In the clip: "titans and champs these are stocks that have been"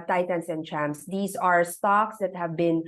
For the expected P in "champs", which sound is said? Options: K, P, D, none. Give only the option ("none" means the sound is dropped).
none